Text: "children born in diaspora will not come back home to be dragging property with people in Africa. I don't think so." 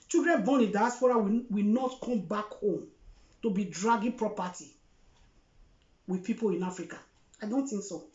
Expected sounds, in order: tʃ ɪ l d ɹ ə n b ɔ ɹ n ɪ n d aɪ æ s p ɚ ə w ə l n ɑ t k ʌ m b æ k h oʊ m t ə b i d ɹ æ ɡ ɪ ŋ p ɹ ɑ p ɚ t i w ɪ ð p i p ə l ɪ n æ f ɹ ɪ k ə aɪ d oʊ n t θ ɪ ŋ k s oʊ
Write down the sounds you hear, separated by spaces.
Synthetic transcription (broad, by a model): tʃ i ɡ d ɹ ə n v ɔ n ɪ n d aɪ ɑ s p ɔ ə w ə w n ɑ t k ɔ m b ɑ k h oʊ m t ə b i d ɹ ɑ ɡ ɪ p ɹ ɑ p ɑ t i w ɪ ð p i p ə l ɪ n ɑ f ɹ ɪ k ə aɪ d oʊ n t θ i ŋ k s oʊ